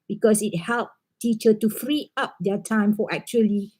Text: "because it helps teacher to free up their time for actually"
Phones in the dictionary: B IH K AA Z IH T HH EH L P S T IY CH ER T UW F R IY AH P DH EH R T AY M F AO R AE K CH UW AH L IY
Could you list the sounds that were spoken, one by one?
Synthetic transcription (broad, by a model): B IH K AA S IH T HH EH L P T IY CH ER T UW F R IY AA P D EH T AY M F AO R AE K CH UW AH L IY